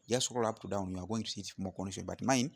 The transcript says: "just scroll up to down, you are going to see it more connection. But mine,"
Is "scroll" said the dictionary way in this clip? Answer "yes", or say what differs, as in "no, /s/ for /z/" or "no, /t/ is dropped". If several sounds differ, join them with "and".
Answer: no, /ɹ/ is dropped